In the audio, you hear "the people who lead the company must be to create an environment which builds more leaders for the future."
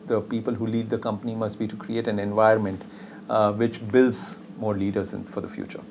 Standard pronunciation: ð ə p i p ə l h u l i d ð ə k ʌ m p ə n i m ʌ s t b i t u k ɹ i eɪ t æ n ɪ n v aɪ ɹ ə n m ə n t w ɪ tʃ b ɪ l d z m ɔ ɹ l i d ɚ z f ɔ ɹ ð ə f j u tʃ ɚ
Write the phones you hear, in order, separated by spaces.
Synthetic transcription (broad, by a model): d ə p i p ə l h u l i d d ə k ʌ m p ə n i m ʌ s t b i t u k ɹ i eɪ t æ n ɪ n v aɪ ə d m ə n t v ɪ tʃ b ɪ l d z m ɔ ɹ l i d ɚ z f ɔ ɹ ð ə f j u tʃ ɚ